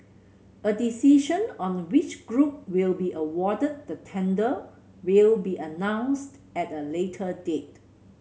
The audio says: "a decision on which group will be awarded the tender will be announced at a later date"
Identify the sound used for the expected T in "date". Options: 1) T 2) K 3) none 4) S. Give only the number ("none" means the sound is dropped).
1